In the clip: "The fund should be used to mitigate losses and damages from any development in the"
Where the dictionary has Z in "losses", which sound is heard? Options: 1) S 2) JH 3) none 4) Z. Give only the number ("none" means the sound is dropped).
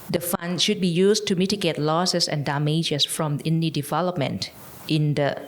1